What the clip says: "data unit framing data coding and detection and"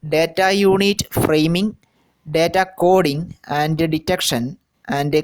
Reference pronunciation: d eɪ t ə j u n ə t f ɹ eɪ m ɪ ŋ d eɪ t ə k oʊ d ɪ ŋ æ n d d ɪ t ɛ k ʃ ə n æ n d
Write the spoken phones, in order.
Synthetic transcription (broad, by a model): d eɪ t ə j u n ə t f ɹ eɪ m ɪ ŋ d eɪ t ə k oʊ d ɪ ŋ æ n d d ɪ t ɛ k ʃ ə n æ n d